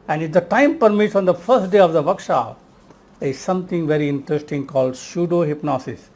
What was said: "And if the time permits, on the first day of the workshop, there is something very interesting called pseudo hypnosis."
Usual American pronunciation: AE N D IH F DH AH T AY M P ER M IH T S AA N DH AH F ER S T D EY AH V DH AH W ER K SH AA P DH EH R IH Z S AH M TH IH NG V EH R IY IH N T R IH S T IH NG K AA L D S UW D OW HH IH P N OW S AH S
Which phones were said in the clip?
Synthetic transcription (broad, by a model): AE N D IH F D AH T AY M P ER M IH T S AA N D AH F ER S T D EY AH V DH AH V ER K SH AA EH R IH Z S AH M T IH NG V EH R IY IH N T R IH S T IH NG K AA L D SH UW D OW HH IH P N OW S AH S